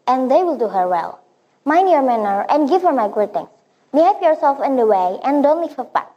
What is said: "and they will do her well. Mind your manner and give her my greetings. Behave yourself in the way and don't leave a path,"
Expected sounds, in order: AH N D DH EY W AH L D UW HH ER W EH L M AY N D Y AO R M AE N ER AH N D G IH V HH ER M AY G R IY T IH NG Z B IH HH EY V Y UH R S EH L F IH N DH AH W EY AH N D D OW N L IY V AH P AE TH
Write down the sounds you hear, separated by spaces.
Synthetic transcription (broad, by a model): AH N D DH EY W AH L D UW HH ER W EH L M AY N D Y AO R M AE N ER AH N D G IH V HH ER M AY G UW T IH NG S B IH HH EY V Y UH R S EH L F IH N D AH W EY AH N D D OW N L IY F AH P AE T